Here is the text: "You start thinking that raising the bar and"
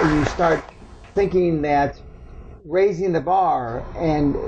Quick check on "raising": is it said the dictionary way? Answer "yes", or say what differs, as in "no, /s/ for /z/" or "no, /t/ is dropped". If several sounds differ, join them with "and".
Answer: yes